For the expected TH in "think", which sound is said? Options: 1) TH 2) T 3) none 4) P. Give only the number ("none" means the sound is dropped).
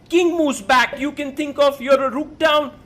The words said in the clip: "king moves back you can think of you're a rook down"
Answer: 2